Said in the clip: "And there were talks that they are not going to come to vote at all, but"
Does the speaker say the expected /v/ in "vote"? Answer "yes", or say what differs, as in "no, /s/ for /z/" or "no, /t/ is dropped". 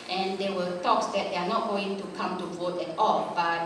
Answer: yes